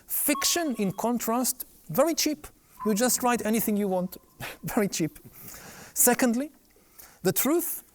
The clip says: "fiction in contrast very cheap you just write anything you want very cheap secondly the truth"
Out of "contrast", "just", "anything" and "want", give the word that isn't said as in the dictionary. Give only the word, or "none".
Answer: none